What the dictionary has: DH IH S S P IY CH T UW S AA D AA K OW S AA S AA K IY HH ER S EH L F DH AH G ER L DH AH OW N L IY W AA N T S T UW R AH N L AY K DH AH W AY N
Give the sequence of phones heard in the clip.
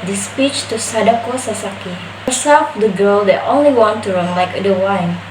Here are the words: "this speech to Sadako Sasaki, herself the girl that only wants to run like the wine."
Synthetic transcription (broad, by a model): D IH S S P IY CH T UW S AA D AA K OW S AA S AA K IY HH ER S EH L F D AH G ER L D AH OW N L IY W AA N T T UW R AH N L AY K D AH W AY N